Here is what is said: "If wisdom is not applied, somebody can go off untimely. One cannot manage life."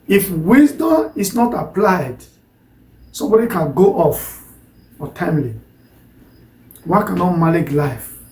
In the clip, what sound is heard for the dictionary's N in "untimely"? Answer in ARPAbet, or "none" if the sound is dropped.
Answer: none